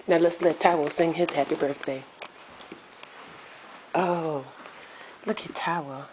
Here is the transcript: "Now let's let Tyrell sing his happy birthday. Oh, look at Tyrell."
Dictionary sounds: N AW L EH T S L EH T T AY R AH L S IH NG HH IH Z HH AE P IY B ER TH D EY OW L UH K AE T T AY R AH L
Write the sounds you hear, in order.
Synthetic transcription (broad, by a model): N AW L EH T S L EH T T AY W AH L S IH NG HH IH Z HH AE P IY B ER TH D EY OW L UH K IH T T AY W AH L